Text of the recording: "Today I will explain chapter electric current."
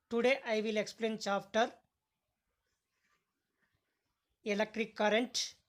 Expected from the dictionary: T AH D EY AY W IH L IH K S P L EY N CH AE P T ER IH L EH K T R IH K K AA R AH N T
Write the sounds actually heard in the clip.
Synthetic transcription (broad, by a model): T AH D EY AY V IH L IH K S P L EY N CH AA F T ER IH L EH K T R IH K K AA R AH N T